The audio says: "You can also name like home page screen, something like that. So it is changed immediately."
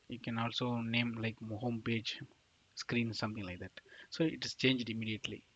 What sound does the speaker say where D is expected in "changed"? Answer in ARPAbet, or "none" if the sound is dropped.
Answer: D